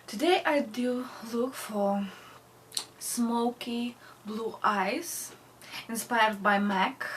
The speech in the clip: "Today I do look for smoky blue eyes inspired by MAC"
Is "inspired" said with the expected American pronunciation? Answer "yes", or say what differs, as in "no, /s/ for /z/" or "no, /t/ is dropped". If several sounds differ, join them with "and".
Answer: yes